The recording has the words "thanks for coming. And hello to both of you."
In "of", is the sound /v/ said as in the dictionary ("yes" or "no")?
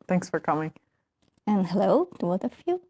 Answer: no